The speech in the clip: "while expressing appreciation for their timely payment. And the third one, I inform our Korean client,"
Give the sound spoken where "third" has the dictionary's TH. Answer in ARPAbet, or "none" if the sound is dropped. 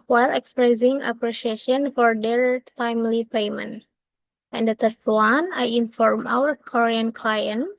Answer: T